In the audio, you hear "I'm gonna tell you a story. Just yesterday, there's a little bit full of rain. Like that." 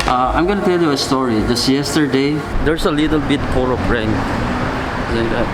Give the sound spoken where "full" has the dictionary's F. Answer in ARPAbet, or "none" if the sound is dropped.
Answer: P